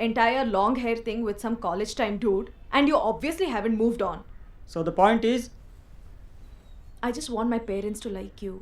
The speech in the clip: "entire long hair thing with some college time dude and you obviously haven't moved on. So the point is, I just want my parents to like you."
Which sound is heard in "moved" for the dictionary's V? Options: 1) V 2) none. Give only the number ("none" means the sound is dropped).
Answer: 1